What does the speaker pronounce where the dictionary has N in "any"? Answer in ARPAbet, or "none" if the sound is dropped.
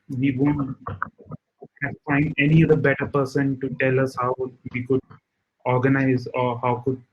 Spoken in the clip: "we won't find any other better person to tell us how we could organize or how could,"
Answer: N